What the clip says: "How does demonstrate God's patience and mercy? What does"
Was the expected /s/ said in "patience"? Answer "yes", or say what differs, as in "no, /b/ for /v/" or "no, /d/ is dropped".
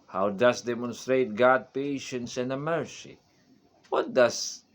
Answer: yes